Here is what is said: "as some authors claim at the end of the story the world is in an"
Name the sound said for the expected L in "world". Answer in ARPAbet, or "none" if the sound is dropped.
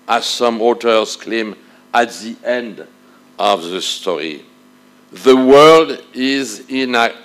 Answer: L